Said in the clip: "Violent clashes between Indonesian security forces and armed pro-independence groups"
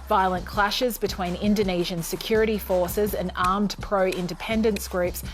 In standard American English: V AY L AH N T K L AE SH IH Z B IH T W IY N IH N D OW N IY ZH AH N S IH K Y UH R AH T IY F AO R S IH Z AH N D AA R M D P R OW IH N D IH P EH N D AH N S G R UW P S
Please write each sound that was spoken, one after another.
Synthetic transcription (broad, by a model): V AY L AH N K L AE SH IH Z B IH T W IY N IH N D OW N IY ZH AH N S IH K Y UH R AH T IY F AO R S IH Z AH N AA R M D P R OW IH N D IH P EH N D AH N S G R UW P S